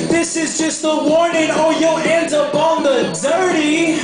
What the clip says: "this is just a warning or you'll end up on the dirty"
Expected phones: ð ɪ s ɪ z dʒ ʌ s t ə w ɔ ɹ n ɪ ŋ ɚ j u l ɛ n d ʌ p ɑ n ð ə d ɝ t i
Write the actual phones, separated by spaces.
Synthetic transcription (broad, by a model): ð ɪ s ɪ z dʒ ʌ s t ə w ɔ ɹ n ɪ ŋ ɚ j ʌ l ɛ n d ʌ p ɑ n ð ə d ɝ t i